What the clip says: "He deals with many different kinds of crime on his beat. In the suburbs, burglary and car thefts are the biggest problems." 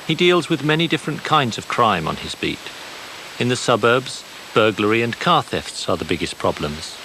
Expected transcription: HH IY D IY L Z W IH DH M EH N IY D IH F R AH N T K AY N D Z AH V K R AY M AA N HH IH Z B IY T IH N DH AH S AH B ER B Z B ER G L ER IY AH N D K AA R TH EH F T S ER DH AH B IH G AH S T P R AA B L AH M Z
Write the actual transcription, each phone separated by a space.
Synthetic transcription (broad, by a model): HH IY D IY L Z W IH DH M EH N IY D IH F R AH N K AY N D Z AH V K R AY M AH N IH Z B IY T IH N DH AH S AH B ER B Z B ER G L ER IY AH N K AA R TH EH F T S ER DH AH B IH G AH S P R AA B L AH M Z